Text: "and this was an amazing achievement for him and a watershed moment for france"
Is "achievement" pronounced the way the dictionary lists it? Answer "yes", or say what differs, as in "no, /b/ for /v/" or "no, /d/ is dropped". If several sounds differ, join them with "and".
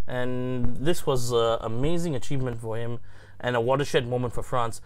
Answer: yes